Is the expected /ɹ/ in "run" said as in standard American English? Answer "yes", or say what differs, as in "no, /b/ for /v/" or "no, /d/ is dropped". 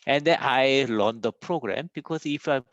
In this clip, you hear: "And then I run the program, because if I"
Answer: no, /l/ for /ɹ/